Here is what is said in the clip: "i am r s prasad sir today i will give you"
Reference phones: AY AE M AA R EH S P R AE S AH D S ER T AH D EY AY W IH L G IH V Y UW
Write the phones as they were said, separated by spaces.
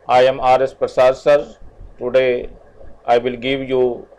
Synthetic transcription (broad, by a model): AY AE M AA R EH S P R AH S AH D S ER T AH D EY AY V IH L G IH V Y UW